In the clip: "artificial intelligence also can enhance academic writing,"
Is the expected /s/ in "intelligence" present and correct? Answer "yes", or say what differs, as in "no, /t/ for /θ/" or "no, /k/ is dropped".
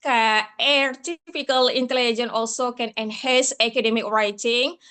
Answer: no, /s/ is dropped